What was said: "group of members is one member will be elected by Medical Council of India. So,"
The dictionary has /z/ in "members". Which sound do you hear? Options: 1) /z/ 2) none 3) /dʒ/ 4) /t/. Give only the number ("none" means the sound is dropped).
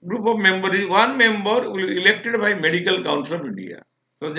2